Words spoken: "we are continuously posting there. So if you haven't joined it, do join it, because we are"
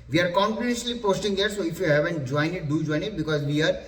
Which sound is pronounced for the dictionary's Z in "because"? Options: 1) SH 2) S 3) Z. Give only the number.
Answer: 3